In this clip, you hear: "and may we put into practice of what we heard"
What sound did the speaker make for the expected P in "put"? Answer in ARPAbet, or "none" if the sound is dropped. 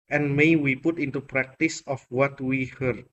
P